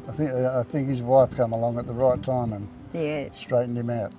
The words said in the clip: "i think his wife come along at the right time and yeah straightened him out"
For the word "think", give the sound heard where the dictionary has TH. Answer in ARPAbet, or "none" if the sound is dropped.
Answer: TH